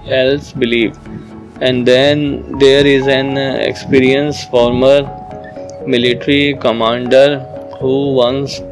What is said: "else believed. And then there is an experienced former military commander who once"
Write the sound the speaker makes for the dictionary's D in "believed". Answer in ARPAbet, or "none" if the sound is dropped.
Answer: none